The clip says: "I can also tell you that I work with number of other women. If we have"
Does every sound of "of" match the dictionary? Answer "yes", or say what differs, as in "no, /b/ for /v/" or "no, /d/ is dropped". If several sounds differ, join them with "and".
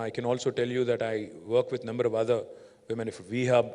yes